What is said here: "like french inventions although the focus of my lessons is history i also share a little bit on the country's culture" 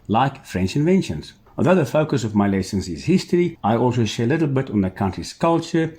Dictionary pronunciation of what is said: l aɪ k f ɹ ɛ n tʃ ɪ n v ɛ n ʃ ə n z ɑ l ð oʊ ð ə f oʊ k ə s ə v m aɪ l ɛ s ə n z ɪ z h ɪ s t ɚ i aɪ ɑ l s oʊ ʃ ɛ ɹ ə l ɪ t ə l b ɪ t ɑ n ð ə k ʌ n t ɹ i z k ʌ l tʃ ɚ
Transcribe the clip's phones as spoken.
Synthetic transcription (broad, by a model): l aɪ k f ɹ ɛ n tʃ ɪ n v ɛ n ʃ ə n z ɑ l ð oʊ ð ə f oʊ k ə s ə v m aɪ l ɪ s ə n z ɪ z h ɪ s t ɚ i aɪ ɑ l s oʊ ʃ ɛ ɹ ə l ɪ t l b ɪ t n ð ə k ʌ n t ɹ i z k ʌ l tʃ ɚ